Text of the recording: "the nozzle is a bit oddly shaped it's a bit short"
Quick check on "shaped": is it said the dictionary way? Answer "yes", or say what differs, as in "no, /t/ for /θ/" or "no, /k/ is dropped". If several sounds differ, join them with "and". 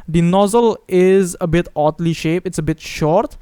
no, /t/ is dropped